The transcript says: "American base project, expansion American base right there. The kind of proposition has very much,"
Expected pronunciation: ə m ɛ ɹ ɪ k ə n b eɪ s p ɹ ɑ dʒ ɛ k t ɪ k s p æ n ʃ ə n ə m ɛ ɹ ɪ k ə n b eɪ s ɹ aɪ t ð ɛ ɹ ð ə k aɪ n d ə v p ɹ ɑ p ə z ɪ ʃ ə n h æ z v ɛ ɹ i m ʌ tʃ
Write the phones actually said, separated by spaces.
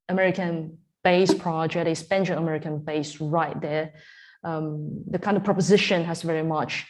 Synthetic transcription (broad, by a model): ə m ɛ ɹ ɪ k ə n b eɪ s p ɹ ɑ dʒ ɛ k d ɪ s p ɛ n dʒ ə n ə m ɛ ɹ ɪ k ə n b eɪ s ɹ aɪ t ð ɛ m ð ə k aɪ n d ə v p ɹ ɑ p ə z ɪ ʃ ə n h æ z v ɛ ɹ i m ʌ tʃ